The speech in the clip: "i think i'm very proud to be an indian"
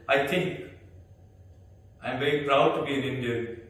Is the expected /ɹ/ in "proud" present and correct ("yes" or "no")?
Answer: yes